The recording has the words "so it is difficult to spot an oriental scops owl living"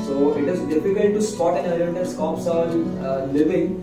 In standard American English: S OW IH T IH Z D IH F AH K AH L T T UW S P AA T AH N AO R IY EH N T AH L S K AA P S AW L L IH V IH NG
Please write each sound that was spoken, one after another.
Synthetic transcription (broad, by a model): S OW IH T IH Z D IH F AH K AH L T T UW S P AA T AH N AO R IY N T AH N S K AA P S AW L L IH V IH NG